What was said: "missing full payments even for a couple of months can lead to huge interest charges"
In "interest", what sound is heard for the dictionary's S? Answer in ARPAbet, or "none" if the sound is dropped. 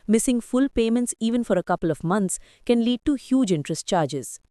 S